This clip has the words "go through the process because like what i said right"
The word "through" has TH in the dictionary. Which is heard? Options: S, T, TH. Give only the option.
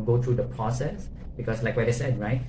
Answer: T